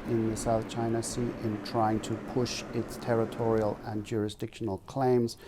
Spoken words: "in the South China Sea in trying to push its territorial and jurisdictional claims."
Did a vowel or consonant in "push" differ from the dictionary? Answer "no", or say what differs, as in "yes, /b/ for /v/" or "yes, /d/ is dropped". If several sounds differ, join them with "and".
no